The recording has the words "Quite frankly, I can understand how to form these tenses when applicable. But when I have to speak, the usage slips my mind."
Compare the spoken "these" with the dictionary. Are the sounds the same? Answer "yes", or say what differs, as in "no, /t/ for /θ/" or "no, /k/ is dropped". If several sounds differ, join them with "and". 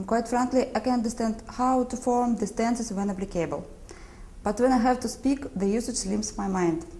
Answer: no, /s/ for /z/